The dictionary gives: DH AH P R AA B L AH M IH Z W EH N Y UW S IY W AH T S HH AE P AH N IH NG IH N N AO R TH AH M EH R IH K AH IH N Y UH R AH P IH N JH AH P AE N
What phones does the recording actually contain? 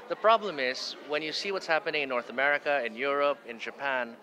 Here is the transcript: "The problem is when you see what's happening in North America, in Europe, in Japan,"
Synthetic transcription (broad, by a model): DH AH P R AA B L AH M IH Z W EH N Y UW S IY W AH T S HH AE P AH N IH NG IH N N AO R TH AH M EH R IH K AH IH N Y UH R AH P IH N JH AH P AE N